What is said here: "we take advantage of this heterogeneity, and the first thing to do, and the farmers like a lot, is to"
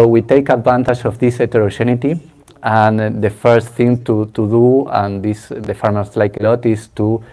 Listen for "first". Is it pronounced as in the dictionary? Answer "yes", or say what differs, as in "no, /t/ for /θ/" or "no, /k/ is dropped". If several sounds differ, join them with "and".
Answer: yes